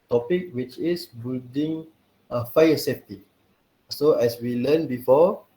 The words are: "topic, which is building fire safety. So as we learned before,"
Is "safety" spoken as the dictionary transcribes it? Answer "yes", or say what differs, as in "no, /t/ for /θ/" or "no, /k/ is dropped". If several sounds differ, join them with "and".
no, /p/ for /f/